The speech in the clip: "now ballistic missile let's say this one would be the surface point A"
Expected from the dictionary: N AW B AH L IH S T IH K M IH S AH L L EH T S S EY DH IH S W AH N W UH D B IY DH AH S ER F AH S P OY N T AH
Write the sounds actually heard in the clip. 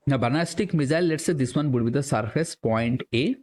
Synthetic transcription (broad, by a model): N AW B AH N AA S T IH K M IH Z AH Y L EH T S S EY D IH S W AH N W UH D B IY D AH S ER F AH S P OY N T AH